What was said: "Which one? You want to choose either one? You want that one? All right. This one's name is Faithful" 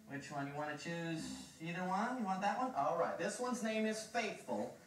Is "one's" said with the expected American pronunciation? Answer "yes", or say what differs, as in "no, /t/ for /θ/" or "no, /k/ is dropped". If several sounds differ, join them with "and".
yes